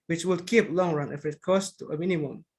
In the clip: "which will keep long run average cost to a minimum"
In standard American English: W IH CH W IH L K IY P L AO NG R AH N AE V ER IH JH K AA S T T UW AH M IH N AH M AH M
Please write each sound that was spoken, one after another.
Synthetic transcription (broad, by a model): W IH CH W IH L K IY P L AO NG R AH N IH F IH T K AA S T T UW AH M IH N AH M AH M